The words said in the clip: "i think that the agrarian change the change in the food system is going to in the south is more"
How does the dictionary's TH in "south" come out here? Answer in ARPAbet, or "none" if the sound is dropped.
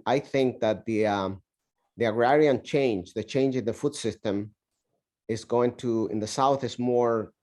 TH